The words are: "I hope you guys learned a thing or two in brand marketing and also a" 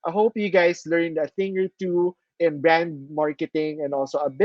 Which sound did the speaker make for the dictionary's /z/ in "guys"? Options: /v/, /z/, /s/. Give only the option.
/s/